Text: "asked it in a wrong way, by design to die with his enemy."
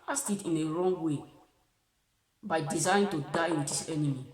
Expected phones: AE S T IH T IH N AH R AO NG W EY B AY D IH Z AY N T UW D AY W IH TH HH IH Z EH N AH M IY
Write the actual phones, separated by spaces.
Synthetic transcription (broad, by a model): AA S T IH T IH N AH R AO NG W EY B AY D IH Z AY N T UW D AY W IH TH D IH S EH N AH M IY